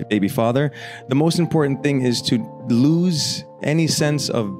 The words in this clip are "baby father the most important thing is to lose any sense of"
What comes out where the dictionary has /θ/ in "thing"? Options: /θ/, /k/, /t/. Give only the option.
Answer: /θ/